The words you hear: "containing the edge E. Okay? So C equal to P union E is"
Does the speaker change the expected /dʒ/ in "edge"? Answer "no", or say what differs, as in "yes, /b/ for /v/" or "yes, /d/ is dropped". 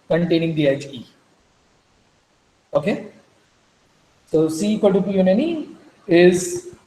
yes, /tʃ/ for /dʒ/